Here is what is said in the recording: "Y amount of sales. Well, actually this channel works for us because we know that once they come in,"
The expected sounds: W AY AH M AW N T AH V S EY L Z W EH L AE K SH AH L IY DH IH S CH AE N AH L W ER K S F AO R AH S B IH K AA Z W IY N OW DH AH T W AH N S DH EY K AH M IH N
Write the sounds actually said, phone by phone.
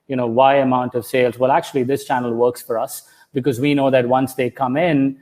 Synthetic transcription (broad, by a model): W AY AH M AW N T AH V S EY L Z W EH L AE K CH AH L IY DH IH S CH AE N AH L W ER K S F AO R AH S B IH K AA Z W IY N OW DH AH T W AH N S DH EY K AH M IH N